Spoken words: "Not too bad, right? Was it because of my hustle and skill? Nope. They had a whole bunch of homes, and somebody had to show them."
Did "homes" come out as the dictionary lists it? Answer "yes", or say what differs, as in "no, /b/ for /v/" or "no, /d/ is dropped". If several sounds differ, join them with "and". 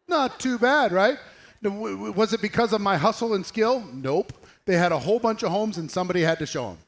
yes